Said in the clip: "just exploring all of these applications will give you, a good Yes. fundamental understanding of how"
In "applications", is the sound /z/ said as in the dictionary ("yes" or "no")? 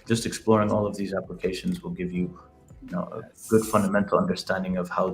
yes